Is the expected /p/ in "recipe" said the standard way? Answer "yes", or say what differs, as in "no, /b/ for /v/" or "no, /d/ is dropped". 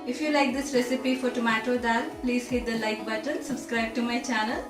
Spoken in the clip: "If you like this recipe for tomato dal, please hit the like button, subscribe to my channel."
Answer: yes